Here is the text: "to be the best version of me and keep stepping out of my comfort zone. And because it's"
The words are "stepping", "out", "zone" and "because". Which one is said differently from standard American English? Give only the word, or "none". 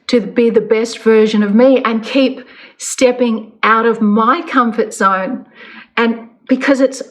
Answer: zone